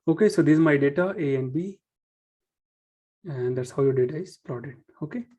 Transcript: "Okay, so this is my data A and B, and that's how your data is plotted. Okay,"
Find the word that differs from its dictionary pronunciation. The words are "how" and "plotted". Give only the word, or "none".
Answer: plotted